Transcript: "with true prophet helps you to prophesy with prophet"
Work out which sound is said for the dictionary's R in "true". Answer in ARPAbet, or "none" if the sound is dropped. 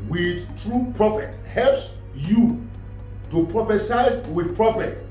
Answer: R